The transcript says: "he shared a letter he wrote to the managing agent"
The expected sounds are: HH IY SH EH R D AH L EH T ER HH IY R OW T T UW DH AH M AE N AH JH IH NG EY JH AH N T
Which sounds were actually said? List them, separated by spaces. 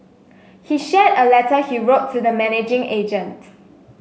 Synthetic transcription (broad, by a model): HH IY SH EH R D AH L EH T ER HH IY R OW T T UW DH AH M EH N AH JH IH NG EY JH AH N T